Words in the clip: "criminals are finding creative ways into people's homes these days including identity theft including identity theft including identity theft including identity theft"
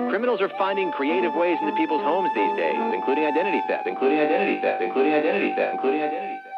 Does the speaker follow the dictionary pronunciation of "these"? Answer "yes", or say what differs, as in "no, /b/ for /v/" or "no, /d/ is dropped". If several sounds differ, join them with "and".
yes